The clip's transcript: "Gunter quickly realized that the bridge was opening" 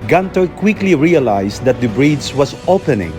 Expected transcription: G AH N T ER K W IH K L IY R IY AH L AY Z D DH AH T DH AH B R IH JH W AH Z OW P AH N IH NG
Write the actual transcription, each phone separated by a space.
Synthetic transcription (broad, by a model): G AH N T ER K W IH K L IY R IY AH L AY S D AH T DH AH B R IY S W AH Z OW P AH N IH NG